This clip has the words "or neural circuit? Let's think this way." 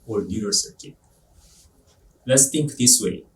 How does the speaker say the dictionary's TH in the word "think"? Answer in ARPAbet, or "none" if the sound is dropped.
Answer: T